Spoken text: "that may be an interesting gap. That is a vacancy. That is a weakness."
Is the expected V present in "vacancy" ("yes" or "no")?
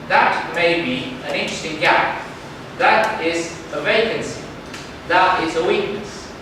yes